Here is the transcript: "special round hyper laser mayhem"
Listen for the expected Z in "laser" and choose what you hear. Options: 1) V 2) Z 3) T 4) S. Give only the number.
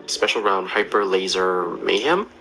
2